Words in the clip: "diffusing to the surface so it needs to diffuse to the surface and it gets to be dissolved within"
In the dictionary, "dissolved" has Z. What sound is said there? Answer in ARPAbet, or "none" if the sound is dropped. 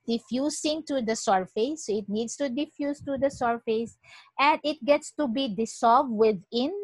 S